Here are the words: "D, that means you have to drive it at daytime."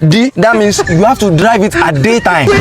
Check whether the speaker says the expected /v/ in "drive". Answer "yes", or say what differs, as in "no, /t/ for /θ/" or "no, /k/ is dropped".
yes